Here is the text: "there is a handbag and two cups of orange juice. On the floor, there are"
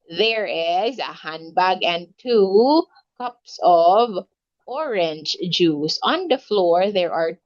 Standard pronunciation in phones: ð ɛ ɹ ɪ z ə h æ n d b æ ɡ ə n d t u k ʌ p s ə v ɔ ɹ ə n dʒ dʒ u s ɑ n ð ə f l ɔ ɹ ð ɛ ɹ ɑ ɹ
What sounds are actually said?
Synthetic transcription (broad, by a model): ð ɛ ɹ ɪ z ə h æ n b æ ɡ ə n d t u k ʌ p s ə v ɔ ɹ ə n dʒ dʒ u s ɑ n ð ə f l ɔ ɹ ð ɛ ɹ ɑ ɹ